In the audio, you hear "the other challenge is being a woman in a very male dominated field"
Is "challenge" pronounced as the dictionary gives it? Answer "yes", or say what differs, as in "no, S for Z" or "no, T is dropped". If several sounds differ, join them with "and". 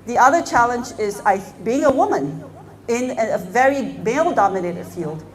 yes